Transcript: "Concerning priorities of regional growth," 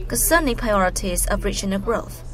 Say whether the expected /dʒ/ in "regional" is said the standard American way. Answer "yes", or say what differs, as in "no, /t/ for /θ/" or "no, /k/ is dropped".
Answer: no, /tʃ/ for /dʒ/